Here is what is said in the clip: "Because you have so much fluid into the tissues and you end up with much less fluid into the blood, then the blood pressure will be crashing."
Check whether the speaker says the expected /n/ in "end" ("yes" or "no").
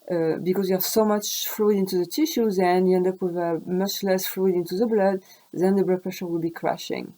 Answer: yes